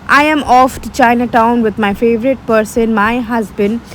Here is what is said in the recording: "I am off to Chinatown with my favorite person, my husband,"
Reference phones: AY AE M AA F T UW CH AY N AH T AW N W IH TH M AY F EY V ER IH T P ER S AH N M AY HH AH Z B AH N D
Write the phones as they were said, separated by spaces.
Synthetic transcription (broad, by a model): AY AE M AA F T UW CH AY N AH T AW N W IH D M AY F EY V ER IH T P ER S AH N M AY HH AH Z B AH N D